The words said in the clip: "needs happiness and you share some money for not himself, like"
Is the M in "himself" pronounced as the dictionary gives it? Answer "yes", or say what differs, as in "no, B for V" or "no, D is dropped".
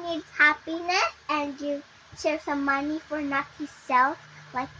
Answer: no, M is dropped